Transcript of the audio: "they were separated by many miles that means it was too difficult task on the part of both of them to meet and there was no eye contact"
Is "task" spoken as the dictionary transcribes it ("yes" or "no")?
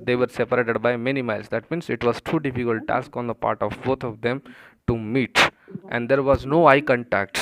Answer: yes